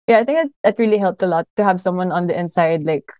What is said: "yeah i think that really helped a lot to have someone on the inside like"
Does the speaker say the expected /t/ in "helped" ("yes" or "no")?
yes